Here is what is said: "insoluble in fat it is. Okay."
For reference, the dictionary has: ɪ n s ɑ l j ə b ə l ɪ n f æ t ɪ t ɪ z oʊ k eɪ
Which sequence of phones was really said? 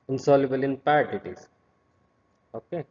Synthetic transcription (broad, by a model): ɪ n s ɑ l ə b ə l ɪ n p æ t ɪ t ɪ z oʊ k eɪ